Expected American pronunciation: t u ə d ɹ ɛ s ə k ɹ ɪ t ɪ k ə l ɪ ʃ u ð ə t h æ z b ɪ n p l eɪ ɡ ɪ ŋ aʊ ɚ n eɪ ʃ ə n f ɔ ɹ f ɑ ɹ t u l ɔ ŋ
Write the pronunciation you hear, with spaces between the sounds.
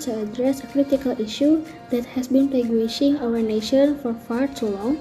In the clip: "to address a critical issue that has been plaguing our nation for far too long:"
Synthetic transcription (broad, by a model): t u ə d ɹ ɛ s ə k ɹ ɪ t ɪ k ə l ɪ ʃ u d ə t h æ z b ɪ n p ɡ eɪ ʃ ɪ ŋ aʊ ɚ n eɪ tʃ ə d f ɔ ɹ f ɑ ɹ s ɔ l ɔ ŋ